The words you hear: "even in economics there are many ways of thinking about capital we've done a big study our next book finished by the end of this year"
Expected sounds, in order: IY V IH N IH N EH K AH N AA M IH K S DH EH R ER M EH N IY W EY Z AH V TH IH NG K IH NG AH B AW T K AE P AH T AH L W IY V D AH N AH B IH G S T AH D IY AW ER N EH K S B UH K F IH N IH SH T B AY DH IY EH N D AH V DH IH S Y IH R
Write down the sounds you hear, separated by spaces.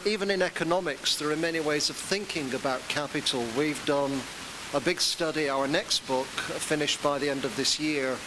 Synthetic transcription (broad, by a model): IY V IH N IH N EH K AH N AA M IH K S DH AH R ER M EH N IY W EY Z AH V TH IH NG K IH NG AH B AW T K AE P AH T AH L W IY V D AH N AH B IH G S T AH D IY AW ER N EH K S B UH K F IH N IH SH T B AY DH IY EH N D AH V DH IH S Y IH R